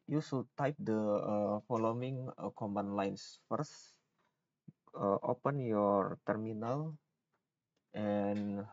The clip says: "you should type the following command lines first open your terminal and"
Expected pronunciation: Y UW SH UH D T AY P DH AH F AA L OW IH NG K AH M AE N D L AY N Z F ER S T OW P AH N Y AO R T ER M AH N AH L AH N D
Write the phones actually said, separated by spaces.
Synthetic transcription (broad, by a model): Y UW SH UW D T AY P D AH F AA L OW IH NG K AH M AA N L AY N S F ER S T OW P AH N Y AO R T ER M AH N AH L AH N